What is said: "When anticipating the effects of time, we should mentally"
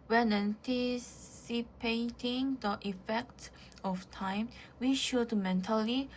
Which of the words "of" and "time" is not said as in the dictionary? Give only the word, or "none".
of